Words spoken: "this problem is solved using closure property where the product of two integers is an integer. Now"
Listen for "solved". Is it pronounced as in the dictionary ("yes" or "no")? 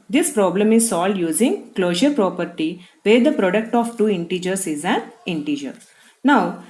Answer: no